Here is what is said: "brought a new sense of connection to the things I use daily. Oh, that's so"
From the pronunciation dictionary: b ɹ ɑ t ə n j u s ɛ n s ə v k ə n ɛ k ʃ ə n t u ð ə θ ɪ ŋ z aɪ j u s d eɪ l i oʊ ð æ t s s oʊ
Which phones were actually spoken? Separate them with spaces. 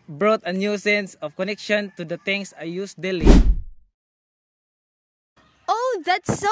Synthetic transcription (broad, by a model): b ɹ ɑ t ə n j u s ɛ n s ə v k ə n ɛ k ʃ ə n t u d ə t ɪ ŋ s aɪ j u s d eɪ l i oʊ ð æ t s s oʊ